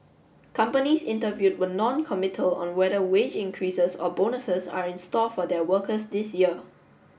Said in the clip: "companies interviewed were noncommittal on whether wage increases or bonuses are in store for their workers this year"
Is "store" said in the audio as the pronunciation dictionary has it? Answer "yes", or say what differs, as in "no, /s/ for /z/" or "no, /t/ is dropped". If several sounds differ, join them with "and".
no, /l/ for /ɹ/